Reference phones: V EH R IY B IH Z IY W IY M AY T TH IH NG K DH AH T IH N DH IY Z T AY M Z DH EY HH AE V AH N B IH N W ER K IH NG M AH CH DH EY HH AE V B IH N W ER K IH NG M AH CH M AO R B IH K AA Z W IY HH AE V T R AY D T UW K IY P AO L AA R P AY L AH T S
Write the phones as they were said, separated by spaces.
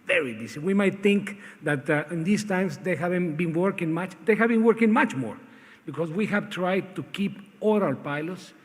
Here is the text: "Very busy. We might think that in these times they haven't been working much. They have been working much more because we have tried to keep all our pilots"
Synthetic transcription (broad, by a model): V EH R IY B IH S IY W IY M AY T TH IH NG K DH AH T IH N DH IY S T AY M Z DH EY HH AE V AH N B IH N W ER K IH NG M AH CH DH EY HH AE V B IH N W ER K IH NG M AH CH M AO R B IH K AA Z W IY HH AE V T R AY D T UW K IY P AO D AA L P AY L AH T S